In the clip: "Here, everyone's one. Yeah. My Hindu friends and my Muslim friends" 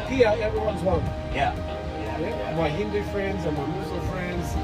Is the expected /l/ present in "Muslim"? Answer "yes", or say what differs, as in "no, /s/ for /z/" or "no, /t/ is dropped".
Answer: no, /l/ is dropped